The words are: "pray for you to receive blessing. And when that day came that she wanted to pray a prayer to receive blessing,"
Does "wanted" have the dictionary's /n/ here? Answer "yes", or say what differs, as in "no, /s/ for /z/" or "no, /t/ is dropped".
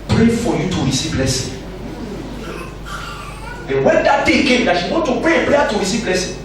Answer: no, /n/ is dropped